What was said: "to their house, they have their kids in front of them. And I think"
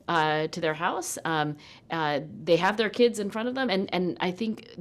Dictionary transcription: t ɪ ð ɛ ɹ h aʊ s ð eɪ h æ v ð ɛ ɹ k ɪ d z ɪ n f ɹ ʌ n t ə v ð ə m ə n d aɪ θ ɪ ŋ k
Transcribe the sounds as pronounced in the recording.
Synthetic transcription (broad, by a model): t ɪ ð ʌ ɹ h aʊ s ð eɪ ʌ v ð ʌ ɹ k ɪ d z ɪ n f ɹ ʌ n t ə v ð ə m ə n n aɪ θ ɪ ŋ k